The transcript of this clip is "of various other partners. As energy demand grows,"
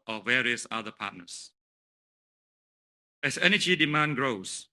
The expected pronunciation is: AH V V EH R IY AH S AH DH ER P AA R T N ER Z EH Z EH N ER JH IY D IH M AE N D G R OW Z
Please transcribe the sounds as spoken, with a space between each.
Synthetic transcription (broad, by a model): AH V V EH R IY AH S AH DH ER P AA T N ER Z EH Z EH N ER JH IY D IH M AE N G R OW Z